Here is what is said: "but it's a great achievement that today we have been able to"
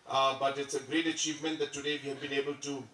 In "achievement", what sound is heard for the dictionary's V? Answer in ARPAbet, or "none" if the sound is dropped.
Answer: V